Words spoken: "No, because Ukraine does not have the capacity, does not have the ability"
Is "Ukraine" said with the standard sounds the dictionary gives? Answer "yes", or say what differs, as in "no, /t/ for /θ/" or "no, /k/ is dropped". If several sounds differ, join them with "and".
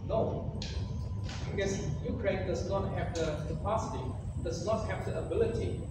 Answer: yes